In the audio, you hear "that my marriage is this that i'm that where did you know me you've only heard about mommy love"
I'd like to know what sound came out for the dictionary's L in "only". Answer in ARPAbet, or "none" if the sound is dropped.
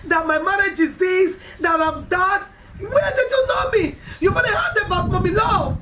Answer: none